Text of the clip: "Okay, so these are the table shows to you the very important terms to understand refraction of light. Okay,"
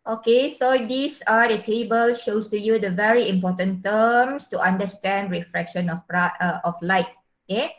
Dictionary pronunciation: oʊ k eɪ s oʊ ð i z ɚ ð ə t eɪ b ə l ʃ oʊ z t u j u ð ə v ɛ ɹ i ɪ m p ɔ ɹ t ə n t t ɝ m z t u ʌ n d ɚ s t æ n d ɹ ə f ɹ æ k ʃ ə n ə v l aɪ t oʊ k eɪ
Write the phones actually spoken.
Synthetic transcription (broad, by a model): oʊ k eɪ s oʊ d i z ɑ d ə t eɪ b ə l ʃ oʊ s t u j u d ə v ɛ ɹ i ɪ m p ɔ t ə n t t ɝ m s t u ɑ n d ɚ s t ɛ n d ɹ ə f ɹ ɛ k ʃ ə n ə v l aɪ t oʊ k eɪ